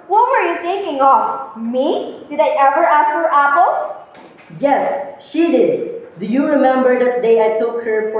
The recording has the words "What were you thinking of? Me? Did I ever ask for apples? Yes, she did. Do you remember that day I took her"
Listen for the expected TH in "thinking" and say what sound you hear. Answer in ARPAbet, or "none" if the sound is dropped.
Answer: T